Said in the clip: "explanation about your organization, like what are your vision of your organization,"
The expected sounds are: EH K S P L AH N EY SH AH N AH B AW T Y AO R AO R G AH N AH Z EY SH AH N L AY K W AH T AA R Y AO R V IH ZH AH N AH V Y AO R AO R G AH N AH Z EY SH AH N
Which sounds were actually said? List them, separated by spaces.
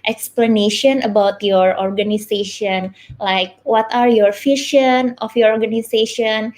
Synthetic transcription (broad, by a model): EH K S P L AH N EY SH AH N AH B AW T Y AO R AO R G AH N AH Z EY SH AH N L AY K W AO T AA R Y AO R F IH SH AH N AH F Y AO R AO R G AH N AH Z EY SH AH N